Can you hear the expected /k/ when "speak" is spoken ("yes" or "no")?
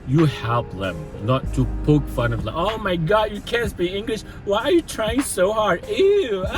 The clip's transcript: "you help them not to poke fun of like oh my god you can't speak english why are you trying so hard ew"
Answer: no